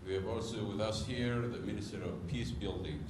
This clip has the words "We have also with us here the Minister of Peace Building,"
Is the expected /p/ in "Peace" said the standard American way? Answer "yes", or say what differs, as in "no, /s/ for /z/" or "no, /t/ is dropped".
yes